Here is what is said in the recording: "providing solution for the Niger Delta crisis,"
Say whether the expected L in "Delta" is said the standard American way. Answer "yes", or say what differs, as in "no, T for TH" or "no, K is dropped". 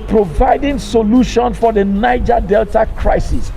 yes